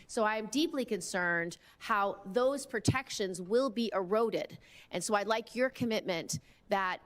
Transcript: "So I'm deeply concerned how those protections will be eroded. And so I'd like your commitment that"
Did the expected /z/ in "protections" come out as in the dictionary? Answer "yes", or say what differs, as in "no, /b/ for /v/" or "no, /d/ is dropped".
yes